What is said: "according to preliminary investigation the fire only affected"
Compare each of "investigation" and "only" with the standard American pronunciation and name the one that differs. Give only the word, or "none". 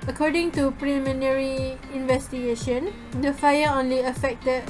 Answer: none